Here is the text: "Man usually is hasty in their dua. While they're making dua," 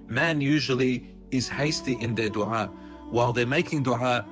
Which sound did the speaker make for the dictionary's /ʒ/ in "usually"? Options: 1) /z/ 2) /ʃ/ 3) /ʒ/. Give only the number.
3